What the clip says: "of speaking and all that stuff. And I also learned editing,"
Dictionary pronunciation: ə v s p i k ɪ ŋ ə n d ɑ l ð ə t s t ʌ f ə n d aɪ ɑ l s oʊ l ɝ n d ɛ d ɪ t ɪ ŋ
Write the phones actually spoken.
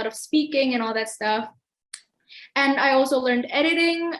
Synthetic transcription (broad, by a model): ə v s p i k ɪ ŋ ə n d ɑ l ð ə t s t ʌ f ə n aɪ ɑ l s oʊ l ɝ n d ɛ d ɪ t ɪ ŋ